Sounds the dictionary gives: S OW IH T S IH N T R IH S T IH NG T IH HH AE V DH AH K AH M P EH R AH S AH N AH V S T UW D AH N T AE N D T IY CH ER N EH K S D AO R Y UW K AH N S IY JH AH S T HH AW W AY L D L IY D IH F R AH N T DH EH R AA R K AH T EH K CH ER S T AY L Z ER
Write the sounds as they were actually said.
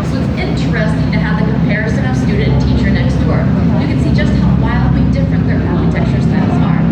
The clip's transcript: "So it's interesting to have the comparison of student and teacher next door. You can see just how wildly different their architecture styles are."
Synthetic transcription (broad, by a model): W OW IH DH IH N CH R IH S T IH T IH HH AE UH DH AH K AH M P EH R AH S AH N AH V S T UW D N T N T IY CH ER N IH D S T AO R Y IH K AH N S IY JH AH S T HH AW W AY L D L IY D IH F R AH N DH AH R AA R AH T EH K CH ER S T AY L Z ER